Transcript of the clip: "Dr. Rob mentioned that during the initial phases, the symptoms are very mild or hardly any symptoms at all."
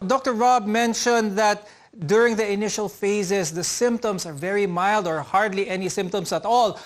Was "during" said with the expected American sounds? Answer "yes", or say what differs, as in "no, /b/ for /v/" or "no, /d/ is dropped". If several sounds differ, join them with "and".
yes